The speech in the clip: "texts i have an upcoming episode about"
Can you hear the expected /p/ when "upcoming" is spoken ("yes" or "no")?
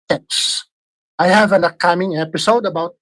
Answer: no